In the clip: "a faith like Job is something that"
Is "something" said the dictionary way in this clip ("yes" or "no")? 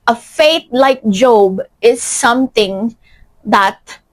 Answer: no